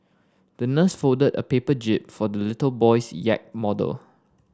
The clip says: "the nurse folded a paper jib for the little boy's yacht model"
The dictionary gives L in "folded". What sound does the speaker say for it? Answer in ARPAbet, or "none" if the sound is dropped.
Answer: none